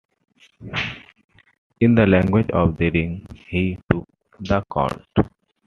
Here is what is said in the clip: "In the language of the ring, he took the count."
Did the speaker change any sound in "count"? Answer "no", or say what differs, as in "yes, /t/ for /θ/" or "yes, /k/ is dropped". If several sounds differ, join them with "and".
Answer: yes, /l/ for /n/